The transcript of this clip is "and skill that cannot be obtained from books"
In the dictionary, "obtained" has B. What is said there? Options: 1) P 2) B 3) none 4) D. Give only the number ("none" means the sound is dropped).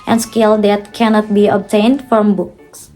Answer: 2